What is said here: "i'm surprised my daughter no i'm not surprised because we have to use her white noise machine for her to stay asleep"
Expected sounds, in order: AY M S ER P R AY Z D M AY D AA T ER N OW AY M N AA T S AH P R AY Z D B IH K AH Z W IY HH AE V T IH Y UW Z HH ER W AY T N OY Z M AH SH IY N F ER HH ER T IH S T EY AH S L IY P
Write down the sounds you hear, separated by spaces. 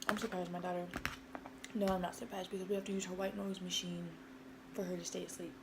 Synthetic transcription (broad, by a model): AY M S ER P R AY Z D M AY D AA T ER N OW AY M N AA T S AH P R AY Z D B IH K AH Z W IY HH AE F T IH Y UW Z HH ER W AY T N OY Z M AH SH IY N F ER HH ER T IH S T EY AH S L IY P